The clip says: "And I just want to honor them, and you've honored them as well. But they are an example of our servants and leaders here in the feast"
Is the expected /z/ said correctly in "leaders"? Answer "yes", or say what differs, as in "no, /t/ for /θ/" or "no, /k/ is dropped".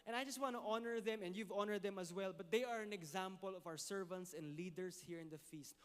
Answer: no, /s/ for /z/